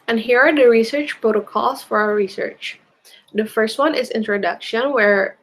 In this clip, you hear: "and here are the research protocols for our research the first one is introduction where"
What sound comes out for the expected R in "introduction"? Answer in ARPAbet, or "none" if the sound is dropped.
R